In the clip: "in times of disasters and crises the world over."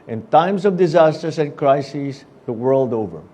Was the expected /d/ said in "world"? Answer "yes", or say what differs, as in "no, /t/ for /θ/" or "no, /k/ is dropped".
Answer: yes